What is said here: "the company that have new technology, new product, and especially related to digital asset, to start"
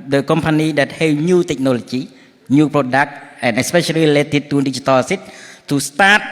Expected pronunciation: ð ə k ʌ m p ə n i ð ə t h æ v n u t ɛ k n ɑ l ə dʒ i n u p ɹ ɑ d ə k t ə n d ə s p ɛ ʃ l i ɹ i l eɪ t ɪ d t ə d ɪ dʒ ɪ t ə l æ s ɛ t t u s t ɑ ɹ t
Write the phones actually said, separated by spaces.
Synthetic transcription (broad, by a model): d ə k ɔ m p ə n i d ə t h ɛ w n u t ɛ k n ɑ l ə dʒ i n u p ɹ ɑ d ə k t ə n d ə s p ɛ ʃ i l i l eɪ t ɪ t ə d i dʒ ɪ t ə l s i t t u s t ɑ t